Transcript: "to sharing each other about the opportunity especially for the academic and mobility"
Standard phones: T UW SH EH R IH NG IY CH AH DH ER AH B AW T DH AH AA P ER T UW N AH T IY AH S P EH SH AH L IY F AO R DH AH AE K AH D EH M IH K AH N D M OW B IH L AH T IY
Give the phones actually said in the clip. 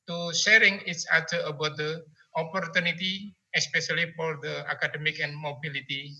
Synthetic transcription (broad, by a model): T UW SH EH R IH NG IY S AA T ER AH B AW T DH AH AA P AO T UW N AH T IY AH S P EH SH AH L IY F AO R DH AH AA K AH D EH M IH K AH N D M OW B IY L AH T IY